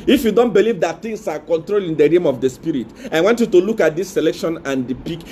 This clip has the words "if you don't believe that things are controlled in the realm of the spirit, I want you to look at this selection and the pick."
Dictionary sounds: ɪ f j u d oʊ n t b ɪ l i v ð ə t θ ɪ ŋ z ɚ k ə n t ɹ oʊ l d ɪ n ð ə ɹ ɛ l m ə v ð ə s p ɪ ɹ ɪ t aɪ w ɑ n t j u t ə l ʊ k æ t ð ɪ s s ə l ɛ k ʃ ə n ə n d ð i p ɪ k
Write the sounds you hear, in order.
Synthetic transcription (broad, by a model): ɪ f j u d oʊ n t b ɪ l i v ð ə t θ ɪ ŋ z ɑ k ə n t ɹ oʊ l ɪ n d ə ɹ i m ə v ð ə s p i ɹ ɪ t aɪ w ɑ n t j u t ə l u k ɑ t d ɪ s s ə l ɛ k ʃ ə n ə n d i p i k